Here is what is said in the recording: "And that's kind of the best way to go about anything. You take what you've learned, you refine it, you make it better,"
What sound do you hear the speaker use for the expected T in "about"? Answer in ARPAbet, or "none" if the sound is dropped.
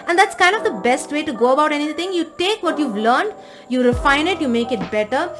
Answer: T